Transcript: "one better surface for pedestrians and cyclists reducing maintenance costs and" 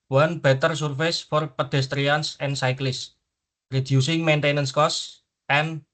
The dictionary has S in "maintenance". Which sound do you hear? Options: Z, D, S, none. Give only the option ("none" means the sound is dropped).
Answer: S